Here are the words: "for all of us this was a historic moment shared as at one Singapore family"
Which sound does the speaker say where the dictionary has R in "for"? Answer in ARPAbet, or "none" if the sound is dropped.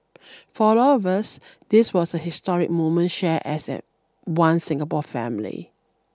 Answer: L